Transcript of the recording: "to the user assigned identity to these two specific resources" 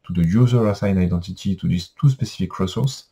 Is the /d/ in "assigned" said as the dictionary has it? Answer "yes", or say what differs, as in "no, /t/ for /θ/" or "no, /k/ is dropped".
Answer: no, /d/ is dropped